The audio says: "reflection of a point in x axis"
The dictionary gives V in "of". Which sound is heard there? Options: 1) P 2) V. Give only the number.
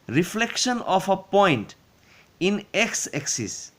1